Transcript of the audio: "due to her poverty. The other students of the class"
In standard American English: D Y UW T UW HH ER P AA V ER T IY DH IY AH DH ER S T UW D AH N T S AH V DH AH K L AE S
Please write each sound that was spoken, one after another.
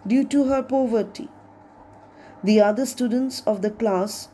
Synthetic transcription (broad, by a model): D Y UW T UW HH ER P AA V ER T IY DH IY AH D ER S T UW D AH N T S AH V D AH K L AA S